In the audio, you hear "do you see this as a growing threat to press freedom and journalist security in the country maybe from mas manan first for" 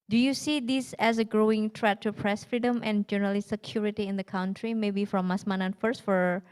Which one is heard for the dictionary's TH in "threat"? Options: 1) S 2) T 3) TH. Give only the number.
2